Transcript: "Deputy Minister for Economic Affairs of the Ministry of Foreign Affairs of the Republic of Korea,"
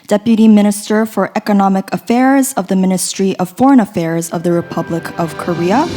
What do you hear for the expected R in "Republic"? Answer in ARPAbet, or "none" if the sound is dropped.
R